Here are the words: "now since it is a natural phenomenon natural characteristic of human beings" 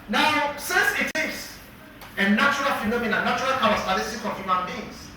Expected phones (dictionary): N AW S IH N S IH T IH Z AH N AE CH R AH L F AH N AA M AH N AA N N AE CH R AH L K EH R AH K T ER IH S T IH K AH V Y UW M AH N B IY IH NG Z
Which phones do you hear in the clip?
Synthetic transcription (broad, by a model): N AW S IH N S IH T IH S AH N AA CH R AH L F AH N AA M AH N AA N N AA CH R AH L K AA W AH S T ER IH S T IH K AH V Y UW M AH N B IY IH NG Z